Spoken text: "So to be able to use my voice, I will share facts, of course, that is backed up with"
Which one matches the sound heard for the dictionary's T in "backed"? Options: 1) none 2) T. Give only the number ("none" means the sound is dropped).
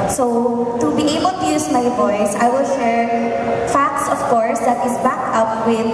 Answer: 1